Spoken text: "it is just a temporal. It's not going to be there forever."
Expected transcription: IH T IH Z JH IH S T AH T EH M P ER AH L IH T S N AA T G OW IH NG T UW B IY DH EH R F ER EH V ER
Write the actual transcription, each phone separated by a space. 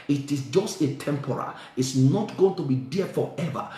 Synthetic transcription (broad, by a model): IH T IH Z JH IH S T AH T EH M P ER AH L IH T S N AA T G OW IH NG T UW B IY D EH F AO EH V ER